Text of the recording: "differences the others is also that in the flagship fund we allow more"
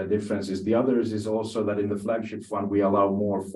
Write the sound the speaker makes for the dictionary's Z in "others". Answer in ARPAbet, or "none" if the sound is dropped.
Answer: Z